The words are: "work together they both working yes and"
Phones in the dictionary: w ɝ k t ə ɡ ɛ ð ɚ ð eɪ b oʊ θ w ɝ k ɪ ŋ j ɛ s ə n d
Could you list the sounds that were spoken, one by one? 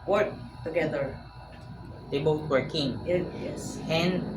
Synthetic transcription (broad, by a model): w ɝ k t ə ɡ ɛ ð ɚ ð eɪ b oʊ t w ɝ k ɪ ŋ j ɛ s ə n